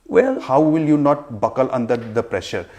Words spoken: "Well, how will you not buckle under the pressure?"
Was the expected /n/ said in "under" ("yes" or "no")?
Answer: yes